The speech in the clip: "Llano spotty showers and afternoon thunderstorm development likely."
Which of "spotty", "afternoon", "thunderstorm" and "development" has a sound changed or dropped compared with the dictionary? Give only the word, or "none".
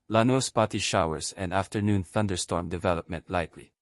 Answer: none